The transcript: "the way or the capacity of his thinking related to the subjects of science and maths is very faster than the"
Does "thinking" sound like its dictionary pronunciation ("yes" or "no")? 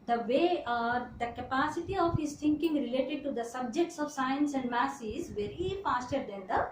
no